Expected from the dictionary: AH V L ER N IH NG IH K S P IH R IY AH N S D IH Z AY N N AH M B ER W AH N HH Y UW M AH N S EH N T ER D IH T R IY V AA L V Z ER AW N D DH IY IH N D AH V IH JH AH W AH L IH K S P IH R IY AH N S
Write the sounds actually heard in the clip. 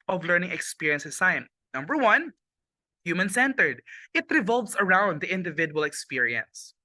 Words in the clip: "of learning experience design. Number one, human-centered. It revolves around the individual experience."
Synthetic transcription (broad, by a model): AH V L ER N IH NG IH K S P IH R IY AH N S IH S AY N N AH M B ER W AH N HH Y UW M AH N S EH N T ER D IH T R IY V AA L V S ER AW N D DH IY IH N D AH V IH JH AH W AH L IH K S P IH R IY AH N S